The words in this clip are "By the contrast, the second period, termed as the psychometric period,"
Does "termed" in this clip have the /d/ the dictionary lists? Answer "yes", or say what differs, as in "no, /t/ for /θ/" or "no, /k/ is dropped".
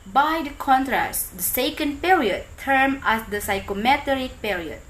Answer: no, /d/ is dropped